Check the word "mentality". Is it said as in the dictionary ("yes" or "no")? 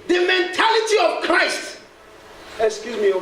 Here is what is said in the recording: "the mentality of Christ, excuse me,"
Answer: yes